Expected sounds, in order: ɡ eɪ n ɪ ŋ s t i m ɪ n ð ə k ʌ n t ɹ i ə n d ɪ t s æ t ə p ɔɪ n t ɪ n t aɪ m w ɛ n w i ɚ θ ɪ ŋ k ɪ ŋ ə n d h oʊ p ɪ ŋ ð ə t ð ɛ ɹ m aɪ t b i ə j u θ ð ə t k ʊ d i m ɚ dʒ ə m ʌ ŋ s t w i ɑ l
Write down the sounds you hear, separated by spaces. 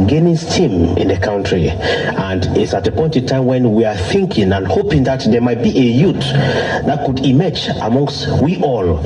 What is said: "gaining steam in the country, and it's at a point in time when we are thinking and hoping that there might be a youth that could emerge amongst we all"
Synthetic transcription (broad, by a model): ɡ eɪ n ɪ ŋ s t i m ɪ n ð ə k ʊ n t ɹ i ə n d ɪ t s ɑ t ə p ɔɪ n t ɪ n t aɪ m w ɛ n w i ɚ θ ɪ ŋ k ɪ ŋ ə n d h oʊ p ɪ ŋ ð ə t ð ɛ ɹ m aɪ t b i ə j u t ð ə t k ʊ d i m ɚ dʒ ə m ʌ ŋ s t w i ɑ l